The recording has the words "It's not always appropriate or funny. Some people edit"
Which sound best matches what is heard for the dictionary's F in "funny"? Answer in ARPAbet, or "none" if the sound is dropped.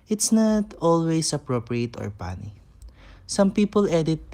P